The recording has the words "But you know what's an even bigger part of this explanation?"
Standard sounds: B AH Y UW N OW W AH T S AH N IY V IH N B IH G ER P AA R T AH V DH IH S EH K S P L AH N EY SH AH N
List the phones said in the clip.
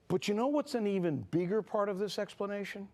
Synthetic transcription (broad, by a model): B AH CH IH N OW W AH T S AH N IY V IH N B IH G ER P AA R T AH V DH IH S EH K S P L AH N EY SH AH N